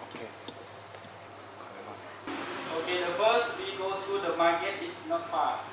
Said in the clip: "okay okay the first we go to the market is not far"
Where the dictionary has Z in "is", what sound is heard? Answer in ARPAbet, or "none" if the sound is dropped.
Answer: S